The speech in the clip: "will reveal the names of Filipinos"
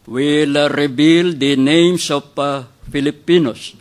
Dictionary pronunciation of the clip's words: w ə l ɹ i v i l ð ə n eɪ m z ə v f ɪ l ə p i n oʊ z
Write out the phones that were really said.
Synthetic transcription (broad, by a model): w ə l ɹ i b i l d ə n eɪ m s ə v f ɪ l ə p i n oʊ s